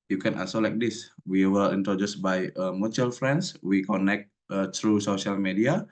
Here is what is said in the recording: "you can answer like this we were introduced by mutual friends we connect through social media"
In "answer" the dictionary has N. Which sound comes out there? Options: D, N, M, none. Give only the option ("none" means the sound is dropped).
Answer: none